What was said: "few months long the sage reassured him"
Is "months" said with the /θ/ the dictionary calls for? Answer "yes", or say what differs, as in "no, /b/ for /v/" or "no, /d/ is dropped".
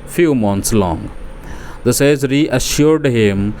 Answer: no, /t/ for /θ/